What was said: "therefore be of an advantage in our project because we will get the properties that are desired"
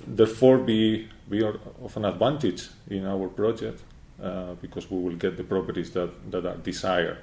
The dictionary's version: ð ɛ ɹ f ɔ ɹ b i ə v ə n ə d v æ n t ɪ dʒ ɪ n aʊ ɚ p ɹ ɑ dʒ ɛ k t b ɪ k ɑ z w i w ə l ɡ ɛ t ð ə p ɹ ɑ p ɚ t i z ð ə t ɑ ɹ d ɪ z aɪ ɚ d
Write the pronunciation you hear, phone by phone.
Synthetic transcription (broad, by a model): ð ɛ ɹ f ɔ ɹ b i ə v ə n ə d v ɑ n t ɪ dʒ ɪ n aʊ ɚ p ɹ ɑ dʒ ɛ k t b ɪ k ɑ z w i w ə l ɡ ɛ t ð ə p ɹ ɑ p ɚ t i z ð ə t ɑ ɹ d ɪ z aɪ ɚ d